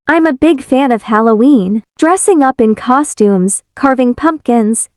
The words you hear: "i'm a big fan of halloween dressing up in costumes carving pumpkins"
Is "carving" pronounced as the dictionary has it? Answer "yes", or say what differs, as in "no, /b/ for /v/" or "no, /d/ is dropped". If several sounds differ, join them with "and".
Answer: yes